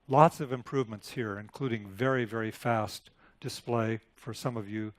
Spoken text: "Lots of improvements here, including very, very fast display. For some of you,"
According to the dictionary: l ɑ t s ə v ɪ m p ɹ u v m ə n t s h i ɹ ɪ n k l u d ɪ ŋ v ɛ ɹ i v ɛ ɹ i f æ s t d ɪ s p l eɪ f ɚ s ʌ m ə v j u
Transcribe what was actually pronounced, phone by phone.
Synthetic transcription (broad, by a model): l ɑ t s ə v ɪ m p ɹ u v m ə n t s h i ɹ ɪ n k l u d ɪ ŋ v ɛ ɹ i v ɛ ɹ i f æ s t d ɪ s p l eɪ f ɚ s ʌ m ə v j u